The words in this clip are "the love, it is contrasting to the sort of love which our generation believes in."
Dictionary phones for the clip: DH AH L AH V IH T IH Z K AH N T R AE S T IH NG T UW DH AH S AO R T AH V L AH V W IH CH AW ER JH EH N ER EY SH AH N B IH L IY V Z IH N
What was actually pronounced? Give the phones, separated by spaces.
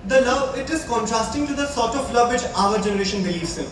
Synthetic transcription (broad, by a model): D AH L AH V IH T IH Z K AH N T R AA S T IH NG T UW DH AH S AO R T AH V L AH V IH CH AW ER JH EH N ER EY SH AH N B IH L IY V S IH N